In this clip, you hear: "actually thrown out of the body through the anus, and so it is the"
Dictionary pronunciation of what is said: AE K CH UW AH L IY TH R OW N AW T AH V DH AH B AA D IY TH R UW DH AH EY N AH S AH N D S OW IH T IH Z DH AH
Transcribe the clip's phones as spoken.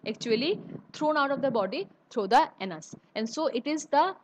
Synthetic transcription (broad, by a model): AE K CH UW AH L IY T R OW N AW T AH V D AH B AA D IY T R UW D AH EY N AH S AH N D S OW IH T IH Z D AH